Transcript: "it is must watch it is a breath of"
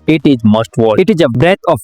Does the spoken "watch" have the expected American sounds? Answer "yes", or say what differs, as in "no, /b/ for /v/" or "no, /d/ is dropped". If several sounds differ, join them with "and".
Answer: no, /tʃ/ is dropped